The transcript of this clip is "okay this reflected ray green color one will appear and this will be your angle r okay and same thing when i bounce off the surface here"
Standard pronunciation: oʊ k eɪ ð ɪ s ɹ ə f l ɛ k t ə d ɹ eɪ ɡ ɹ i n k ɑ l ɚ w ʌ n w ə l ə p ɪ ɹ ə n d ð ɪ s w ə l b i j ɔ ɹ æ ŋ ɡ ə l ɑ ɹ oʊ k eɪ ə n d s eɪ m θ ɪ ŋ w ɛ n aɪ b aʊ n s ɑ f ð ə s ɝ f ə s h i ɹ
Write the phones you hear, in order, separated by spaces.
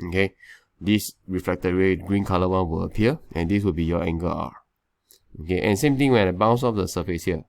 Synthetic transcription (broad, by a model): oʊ k eɪ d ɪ s ɹ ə f l ɛ k t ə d w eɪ ɡ ɹ i n k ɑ l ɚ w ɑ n w ə l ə p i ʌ ə n d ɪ s w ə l b i j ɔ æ ŋ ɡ ə ɑ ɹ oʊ k eɪ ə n s eɪ m t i ŋ w ɛ n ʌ b aʊ n s ɑ f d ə s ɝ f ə s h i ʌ